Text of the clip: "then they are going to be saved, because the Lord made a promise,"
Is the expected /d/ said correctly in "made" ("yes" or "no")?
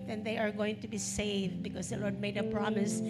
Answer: yes